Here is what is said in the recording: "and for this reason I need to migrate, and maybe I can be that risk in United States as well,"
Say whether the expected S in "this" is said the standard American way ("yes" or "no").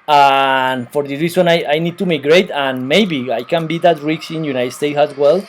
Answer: no